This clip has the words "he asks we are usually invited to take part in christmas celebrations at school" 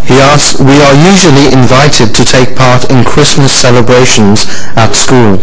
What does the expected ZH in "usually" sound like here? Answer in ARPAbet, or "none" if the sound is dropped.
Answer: ZH